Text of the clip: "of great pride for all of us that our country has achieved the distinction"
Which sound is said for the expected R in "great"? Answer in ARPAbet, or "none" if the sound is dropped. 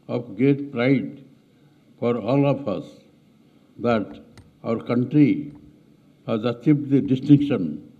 none